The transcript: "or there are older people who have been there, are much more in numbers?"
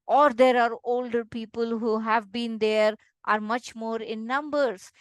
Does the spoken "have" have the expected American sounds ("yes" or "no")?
yes